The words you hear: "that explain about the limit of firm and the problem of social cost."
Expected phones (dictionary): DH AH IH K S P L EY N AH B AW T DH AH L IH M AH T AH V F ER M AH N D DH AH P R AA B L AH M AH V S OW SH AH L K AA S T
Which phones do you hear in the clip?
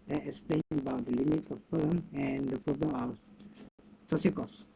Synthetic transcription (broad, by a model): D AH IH K S P L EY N AH B AW T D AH L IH M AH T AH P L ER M AH N D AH P R AA B L AH M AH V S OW S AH K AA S